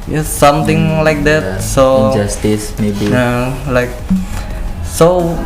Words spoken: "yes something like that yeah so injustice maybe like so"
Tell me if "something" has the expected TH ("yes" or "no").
no